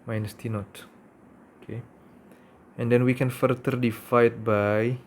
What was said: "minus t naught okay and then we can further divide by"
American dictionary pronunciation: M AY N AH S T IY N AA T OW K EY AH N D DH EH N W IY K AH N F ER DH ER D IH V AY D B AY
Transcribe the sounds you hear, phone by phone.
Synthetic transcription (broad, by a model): M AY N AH S T IY N AA T OW K EY AH N D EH N W IY K AH N F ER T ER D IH F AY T B AY